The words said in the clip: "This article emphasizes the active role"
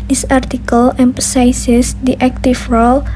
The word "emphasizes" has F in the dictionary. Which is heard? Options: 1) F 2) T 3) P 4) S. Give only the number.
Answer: 3